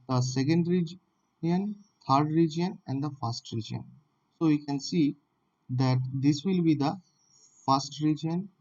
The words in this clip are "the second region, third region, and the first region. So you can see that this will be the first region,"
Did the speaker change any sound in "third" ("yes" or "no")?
yes